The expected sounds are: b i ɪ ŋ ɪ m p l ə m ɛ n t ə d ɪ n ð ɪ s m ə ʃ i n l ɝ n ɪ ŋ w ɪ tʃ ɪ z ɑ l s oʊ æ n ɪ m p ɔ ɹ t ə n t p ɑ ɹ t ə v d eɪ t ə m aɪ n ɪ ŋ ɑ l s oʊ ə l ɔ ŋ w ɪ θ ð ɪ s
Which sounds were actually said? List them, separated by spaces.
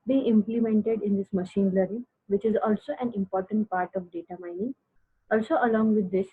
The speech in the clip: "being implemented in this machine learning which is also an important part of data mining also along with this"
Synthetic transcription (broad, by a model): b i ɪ ɪ m p l ə m ɛ n t ə d ɪ n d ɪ s m ə ʃ i n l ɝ ɪ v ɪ tʃ ɪ z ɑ l s oʊ æ n ɪ m p ɔ ɹ t ə n t p ɑ ɹ t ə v d eɪ t ə m aɪ n ɪ ŋ ɑ l s oʊ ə l ɔ ŋ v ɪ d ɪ s